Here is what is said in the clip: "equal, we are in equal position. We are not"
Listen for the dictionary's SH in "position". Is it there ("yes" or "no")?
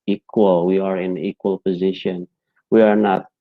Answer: yes